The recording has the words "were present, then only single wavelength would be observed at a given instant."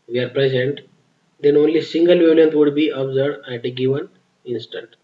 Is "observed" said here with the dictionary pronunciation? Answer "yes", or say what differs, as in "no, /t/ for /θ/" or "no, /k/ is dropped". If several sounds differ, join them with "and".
no, /v/ is dropped